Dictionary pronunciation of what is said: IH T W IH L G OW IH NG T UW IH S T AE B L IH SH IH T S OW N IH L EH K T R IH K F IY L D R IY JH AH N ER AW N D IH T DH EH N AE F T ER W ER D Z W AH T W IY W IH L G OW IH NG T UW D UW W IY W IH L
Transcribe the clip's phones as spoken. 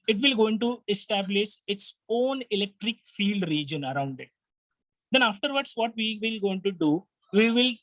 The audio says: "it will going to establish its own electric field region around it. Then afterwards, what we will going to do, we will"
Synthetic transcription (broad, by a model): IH T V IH L G OW IH NG T UW IH S T AE B L IH SH IH T S OW N IH L EH K T R IH K F IY L D R IY JH AH N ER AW N D IH T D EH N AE F T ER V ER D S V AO T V IY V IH L G OW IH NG T UW D UW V IY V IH L